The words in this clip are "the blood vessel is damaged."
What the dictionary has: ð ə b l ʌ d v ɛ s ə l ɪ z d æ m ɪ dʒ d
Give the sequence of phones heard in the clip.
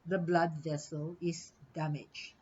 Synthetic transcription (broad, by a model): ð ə b l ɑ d v ɛ s ə l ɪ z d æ m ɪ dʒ